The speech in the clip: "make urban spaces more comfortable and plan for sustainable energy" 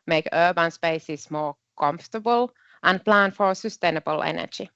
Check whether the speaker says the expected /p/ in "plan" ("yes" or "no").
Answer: yes